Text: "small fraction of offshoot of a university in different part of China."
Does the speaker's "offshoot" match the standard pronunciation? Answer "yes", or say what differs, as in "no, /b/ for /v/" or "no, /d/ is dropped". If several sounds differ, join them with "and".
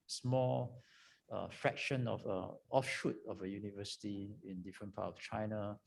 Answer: yes